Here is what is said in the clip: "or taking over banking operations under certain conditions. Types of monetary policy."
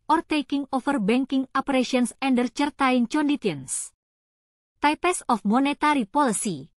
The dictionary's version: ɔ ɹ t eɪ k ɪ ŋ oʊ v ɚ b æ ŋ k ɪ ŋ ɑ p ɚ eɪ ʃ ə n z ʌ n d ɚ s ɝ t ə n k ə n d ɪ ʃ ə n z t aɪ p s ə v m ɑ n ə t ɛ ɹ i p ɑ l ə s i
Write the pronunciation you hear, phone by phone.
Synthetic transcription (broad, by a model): ɔ ɹ t eɪ k ɪ ŋ oʊ f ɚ b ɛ ŋ k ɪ ŋ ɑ p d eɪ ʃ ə n s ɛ n d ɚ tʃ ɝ t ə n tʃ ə n d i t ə n s t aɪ p s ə f m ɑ n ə t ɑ ɹ i p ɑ l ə s i